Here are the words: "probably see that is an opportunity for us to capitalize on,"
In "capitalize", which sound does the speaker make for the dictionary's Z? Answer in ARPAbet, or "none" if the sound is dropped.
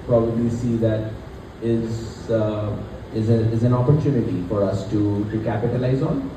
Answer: Z